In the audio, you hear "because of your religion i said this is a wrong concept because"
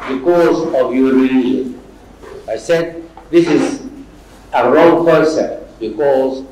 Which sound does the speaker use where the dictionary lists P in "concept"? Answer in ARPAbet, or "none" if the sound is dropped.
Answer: none